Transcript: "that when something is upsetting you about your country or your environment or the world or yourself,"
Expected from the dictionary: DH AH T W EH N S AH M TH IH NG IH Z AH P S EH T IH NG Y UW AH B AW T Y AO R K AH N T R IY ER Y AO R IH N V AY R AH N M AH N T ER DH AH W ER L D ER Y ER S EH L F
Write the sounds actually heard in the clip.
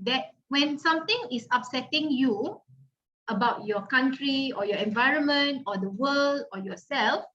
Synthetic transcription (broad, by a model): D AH T W EH N S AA M T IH NG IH S AH P S EH T IH NG Y UW AH B AW T Y AO K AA N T R IY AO Y AO IH N V AY R AH N M AH N T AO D AH W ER L D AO Y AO S EH L F